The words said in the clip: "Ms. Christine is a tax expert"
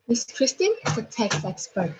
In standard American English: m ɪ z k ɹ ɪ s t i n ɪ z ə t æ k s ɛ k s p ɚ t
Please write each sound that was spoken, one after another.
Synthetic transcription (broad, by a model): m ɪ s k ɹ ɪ s t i ɪ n ə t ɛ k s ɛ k s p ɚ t